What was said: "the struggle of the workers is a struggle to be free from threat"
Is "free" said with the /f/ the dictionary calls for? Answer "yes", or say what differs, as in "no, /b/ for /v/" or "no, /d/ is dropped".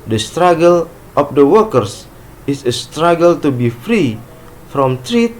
yes